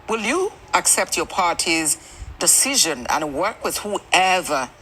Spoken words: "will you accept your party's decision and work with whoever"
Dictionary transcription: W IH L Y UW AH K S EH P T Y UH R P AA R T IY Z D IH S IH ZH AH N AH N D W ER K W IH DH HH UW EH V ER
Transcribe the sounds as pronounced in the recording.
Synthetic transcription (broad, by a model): W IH L Y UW AH K S EH P T Y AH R P AA R T IY Z D IH S IH ZH AH N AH N W ER K W IH DH HH UW EH V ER